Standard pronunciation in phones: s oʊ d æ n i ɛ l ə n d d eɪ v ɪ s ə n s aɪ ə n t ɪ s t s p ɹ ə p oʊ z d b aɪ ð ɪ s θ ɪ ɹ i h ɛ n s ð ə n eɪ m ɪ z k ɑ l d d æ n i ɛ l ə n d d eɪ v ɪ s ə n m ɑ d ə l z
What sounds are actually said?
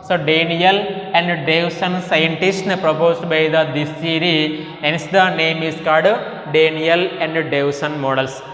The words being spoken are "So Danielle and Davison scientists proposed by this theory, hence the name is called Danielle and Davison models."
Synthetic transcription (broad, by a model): s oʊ d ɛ n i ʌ l ə n d d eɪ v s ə n s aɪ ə n t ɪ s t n p ɹ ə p oʊ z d b aɪ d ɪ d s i ɹ i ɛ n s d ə n eɪ m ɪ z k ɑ d d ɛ n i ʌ l ə n d d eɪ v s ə n m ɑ d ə l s